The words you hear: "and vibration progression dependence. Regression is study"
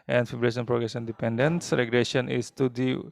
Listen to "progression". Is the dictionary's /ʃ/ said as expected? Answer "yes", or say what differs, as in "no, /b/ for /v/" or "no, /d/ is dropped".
no, /s/ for /ʃ/